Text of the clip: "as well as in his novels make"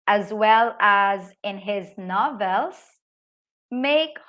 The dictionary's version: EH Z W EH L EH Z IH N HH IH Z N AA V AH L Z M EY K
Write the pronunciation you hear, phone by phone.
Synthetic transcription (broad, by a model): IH Z W EH L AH Z IH N HH IH Z N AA V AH L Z M EY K